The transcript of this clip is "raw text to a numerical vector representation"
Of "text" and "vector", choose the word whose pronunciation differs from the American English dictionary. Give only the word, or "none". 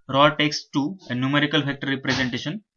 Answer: vector